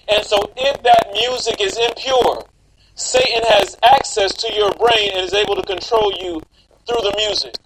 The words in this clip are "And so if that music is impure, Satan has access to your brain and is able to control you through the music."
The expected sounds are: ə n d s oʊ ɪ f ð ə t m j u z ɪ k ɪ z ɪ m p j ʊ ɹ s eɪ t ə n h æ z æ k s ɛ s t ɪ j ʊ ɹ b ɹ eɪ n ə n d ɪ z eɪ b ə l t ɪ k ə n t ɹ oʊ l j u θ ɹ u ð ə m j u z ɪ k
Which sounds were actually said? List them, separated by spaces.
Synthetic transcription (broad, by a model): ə n s oʊ ɪ f ð ə t m j u z ɪ k ɪ z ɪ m p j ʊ ɹ s eɪ t n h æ z æ k s ɛ s t ɪ j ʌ ɹ b ɹ eɪ n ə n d ɪ z eɪ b l t ɪ k ə n t ɹ oʊ l j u θ ɹ u ð ə m j u z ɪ k